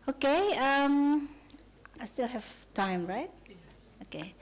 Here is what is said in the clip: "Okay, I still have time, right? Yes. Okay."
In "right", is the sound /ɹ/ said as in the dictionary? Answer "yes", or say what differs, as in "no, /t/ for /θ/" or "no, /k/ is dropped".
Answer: yes